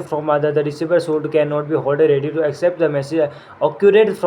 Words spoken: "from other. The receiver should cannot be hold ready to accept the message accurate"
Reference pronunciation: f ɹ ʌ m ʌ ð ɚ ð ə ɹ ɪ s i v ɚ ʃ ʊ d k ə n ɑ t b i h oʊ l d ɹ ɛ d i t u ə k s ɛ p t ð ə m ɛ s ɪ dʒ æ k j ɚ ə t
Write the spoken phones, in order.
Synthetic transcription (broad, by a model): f ɹ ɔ m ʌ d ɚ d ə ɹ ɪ s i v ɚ s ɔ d k ə n ɑ t b i h oʊ l d ɹ ɛ d i t u ə k s ɛ p t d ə m ɛ s ɪ dʒ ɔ k j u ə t